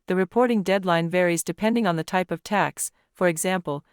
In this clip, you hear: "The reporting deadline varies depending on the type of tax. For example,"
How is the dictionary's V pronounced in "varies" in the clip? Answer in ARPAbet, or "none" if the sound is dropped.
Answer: V